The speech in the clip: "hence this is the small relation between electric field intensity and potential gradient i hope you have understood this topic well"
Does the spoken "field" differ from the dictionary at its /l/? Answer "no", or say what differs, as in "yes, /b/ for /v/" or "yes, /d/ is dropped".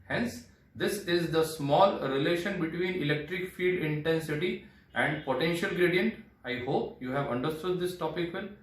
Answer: yes, /l/ is dropped